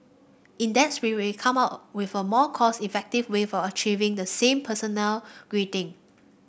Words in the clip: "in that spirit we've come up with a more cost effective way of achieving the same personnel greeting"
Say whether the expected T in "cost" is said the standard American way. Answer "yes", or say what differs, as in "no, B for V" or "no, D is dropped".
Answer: no, T is dropped